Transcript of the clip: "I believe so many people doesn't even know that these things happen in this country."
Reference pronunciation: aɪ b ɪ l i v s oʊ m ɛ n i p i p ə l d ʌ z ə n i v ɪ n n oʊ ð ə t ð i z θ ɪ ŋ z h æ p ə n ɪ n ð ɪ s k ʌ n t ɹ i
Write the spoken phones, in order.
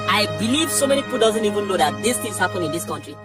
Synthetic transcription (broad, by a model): aɪ b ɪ l i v s oʊ m ɛ n i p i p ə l d ʌ z ə n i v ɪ n l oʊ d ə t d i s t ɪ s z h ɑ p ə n ɪ n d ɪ s k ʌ n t ɹ i